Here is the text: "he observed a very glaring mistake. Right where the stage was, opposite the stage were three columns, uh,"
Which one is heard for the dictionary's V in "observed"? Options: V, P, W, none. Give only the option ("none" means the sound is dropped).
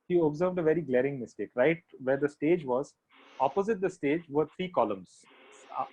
V